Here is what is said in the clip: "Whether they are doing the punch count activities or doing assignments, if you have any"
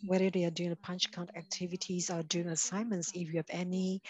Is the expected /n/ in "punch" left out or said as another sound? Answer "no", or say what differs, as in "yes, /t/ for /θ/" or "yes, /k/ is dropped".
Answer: no